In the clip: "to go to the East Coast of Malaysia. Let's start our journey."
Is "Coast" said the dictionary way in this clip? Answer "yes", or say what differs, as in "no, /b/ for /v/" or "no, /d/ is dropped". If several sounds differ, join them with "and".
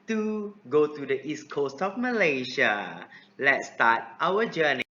yes